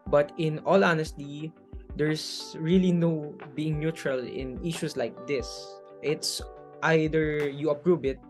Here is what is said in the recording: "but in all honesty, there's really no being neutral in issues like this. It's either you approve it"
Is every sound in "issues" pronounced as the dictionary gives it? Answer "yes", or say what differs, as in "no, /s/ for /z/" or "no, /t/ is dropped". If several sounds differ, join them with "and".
no, /s/ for /z/